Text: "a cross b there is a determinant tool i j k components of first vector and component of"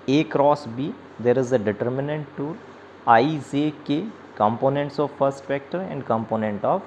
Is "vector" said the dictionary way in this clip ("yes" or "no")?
no